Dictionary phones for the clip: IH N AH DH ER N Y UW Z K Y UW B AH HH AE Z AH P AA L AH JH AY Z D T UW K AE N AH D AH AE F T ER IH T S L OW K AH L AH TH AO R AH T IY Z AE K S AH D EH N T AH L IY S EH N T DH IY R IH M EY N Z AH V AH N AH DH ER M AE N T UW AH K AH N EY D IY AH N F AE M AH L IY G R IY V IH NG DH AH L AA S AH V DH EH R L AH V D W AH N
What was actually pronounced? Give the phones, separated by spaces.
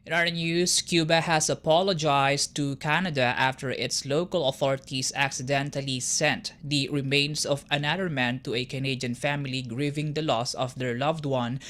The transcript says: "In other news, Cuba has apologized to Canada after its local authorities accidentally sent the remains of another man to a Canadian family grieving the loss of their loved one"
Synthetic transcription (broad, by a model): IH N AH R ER N Y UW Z K Y UW B AH HH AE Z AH P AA L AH JH AY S T UW K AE N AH D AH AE F T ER IH T S L OW K AH L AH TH AO R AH T IY S AE K S AH D EH N T AH L IY S EH N T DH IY R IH M EY N S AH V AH N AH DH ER M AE N T UW AH K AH N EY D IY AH N F AE M AH L IY G R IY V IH NG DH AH L AA S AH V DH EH R L AH V D W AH N